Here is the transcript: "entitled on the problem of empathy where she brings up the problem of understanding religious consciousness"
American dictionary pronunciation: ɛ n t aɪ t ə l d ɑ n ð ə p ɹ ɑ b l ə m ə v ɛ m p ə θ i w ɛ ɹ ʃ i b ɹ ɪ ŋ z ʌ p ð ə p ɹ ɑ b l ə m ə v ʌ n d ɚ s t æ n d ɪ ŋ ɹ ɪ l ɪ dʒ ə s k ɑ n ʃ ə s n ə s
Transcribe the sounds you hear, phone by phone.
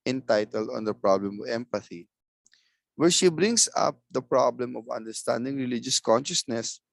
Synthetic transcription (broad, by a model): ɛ n t aɪ t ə l d ɑ n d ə p ɹ ɑ b l ə m ə v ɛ m p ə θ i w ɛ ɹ ʃ i b ɹ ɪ ŋ s ʌ p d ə p ɹ ɑ b l ə m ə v ʌ n d ɚ s t æ n d ɪ ŋ ɹ ɪ l ɪ dʒ ə s k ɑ n ʃ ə s n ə s